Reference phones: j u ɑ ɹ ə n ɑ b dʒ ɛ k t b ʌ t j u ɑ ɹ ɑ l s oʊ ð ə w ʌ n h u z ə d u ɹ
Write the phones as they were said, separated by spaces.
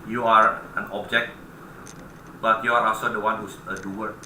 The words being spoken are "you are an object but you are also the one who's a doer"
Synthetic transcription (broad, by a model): j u ɑ ɹ ə n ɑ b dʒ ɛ k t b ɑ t j u ɑ ɹ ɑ s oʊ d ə w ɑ n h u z ə d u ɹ